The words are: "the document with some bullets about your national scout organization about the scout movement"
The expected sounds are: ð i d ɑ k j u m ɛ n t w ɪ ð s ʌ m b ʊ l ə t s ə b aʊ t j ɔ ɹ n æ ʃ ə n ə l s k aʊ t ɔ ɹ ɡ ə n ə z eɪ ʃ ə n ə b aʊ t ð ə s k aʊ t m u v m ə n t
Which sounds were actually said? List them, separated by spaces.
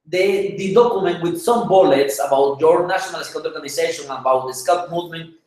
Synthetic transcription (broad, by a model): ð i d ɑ k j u m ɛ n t w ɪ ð s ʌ m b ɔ l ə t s ə b aʊ t j ɔ ɹ n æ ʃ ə n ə l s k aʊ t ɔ ɹ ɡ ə n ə s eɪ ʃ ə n ə b aʊ t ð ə s k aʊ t m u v m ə n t